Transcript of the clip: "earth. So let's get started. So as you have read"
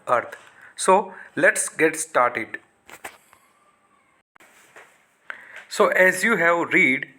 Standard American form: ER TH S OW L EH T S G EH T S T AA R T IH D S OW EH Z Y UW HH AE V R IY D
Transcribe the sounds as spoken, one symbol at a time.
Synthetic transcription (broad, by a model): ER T S OW L EH T S G EH T S T AA R T IH D S OW EH Z Y UW HH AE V R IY D